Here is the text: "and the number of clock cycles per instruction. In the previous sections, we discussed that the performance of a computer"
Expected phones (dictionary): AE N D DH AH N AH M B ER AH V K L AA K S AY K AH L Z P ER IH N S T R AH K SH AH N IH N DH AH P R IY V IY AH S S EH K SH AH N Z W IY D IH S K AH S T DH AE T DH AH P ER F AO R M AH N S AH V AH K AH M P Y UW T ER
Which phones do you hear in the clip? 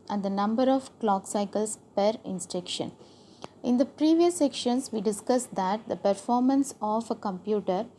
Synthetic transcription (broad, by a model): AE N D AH N AH M B ER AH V K L AA K S AY K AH L S P ER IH N S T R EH K SH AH N IH N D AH P R IY V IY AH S S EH K SH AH N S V IY D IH S K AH S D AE T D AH P ER F AO R M AH N S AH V AH K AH M P Y UW T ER